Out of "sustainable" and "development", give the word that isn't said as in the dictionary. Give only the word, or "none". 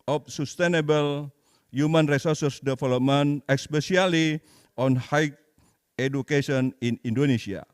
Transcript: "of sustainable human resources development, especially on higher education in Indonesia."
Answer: development